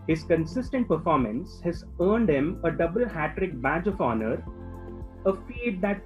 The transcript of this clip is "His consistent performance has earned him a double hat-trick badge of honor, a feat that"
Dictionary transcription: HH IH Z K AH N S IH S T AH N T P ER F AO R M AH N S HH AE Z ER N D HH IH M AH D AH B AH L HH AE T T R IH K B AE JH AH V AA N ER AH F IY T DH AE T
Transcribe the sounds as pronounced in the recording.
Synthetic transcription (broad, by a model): HH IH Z K AH N S IH S T AH N T P ER F AO R M AH N S HH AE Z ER N D HH IH M AH D AH B AH L HH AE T T R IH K B AE JH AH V AA N ER AH F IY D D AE T